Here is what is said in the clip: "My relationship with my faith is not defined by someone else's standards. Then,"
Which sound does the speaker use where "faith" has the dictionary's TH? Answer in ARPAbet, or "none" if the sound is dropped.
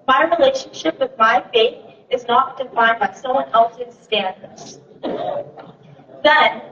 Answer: TH